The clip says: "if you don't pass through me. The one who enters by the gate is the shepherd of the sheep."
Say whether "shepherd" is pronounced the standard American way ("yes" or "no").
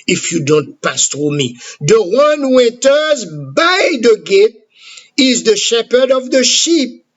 yes